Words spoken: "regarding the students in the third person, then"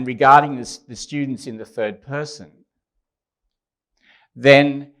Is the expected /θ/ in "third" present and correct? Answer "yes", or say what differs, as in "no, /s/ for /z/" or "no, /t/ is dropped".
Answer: yes